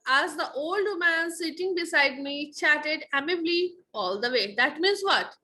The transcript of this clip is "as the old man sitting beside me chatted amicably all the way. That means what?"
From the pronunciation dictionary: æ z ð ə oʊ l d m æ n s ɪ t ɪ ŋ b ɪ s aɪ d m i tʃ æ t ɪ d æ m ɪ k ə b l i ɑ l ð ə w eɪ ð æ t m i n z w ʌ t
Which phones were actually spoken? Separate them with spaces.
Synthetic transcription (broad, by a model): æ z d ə oʊ l d m æ n s ɪ t ɪ ŋ b ɪ s aɪ d m i tʃ æ t ɪ d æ m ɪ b l i ɑ l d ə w eɪ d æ t m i n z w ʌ t